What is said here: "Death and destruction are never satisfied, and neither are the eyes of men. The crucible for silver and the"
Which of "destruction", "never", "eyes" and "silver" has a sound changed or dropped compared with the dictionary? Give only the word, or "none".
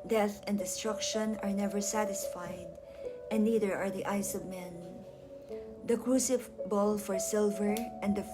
eyes